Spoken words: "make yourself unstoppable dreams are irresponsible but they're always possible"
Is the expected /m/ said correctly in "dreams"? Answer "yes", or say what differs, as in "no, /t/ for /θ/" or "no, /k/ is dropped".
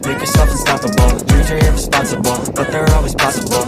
no, /m/ is dropped